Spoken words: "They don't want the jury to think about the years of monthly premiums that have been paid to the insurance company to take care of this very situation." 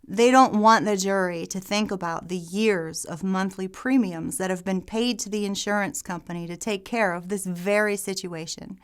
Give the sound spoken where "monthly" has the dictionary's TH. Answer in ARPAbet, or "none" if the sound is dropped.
TH